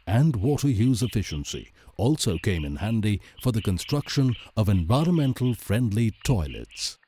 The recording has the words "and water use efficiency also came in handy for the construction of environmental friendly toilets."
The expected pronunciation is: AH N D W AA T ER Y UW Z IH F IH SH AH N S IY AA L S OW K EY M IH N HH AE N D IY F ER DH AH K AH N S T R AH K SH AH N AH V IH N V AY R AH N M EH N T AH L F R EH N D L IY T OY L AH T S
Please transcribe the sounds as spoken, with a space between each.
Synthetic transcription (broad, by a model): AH N D W AA T ER Y UW Z IH F IH SH AH N S IY AA L S OW K EY M IH N HH AE N D IY F ER DH AH K AH N S T R AH K SH AH N AH V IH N V AY R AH N M EH N T L F R EH N D L IY T OY L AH T S